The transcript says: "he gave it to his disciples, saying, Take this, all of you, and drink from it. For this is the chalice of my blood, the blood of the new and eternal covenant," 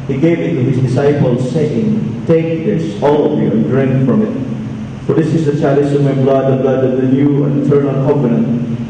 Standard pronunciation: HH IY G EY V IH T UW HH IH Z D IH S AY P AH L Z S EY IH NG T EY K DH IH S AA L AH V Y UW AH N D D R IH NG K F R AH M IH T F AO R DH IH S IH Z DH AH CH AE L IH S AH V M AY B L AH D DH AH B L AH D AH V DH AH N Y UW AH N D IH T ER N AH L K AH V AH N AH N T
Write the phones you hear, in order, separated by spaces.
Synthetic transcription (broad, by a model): HH IY G EY V IH T UW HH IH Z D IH S AY P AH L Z S EY IH NG T EY K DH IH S AA L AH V Y UW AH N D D R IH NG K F R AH M IH T F AO R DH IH S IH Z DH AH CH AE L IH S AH M AY B L AH D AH B L AH D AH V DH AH L Y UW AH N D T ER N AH N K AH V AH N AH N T